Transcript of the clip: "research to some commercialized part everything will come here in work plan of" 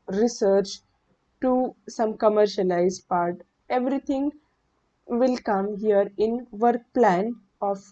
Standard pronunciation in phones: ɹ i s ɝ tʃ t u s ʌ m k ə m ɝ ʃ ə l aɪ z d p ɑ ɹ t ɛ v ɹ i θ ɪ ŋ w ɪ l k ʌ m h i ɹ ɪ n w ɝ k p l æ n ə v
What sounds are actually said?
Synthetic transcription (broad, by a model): ɹ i s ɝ tʃ t u s ʌ m k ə m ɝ ʃ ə l aɪ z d p ɑ ɹ t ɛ v ɹ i t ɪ ŋ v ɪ l k ʌ m h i ɹ ɪ n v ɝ k p l æ n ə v